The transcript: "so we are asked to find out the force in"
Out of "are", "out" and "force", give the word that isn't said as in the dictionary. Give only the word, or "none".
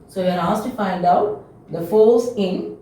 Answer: force